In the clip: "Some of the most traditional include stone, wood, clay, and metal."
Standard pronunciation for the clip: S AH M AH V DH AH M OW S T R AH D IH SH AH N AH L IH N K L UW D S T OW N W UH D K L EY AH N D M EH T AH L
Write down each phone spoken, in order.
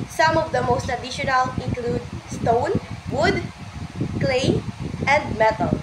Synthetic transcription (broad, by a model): S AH M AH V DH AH M OW S T AH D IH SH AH N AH L IH N K L UW D S T OW N W UH D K L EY AH N D M EH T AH L